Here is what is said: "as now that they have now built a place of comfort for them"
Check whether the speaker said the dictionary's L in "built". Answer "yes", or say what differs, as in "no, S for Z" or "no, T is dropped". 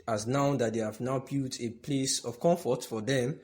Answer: no, L is dropped